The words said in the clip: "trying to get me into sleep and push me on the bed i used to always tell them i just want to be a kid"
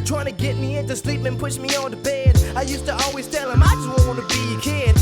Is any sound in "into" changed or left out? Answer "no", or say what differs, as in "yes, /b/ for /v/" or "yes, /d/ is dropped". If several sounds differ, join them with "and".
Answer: no